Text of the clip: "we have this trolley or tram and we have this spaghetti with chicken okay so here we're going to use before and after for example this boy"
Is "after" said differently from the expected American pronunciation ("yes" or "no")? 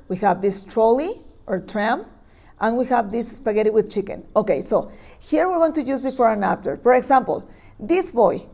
yes